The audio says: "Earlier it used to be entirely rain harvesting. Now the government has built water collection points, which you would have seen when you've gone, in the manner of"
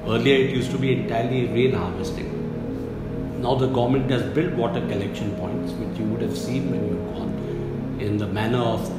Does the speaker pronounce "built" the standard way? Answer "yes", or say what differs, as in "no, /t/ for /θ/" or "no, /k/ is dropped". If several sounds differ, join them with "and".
yes